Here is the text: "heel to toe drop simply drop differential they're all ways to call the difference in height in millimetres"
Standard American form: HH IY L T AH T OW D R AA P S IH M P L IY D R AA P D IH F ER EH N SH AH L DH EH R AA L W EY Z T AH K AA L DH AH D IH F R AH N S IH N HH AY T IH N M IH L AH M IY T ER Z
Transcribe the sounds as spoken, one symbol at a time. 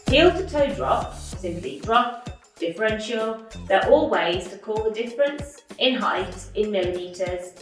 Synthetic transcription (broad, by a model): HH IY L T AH T OW D R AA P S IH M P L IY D R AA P D IH F ER EH N SH AH L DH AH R AA L W EY Z T AH K AA L DH AH D IH F R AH N S IH N HH AY T IH N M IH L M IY T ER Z